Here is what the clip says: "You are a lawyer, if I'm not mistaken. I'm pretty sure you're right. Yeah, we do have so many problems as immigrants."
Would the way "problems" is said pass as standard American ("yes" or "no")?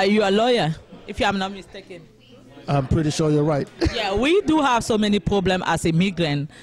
no